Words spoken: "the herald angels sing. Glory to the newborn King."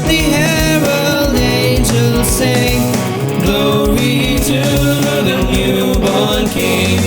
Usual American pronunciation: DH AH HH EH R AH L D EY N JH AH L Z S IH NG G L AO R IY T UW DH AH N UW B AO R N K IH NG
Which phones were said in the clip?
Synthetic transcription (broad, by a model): DH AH HH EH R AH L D EY N JH AH L Z S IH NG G L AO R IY T UW DH AH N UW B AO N K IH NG